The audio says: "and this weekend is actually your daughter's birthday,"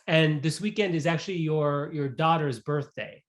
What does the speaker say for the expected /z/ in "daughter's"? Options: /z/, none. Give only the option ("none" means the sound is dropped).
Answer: /z/